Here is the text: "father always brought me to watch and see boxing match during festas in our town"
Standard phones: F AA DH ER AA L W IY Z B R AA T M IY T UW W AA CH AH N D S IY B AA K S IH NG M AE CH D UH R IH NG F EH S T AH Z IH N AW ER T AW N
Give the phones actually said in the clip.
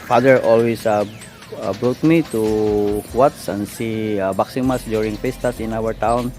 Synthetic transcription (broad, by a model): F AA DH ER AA L W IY S B R AA T M IY T UW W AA S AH N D S IY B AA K S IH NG M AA S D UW R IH NG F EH S T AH S IH N AW ER T AW N